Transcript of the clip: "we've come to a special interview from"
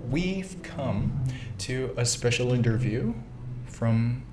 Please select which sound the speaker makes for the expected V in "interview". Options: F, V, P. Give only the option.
V